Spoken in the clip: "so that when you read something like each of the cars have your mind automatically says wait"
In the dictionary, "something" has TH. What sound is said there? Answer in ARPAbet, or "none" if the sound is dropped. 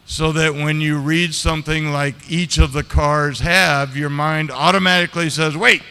TH